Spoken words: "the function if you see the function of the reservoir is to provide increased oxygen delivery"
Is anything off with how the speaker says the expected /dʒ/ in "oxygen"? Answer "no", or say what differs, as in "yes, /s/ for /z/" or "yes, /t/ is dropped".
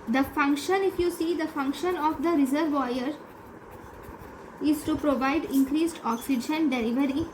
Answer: no